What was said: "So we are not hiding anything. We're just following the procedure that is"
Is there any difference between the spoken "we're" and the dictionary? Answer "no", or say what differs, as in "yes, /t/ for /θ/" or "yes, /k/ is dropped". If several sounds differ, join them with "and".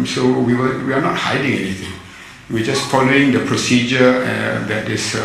yes, /w/ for /ɹ/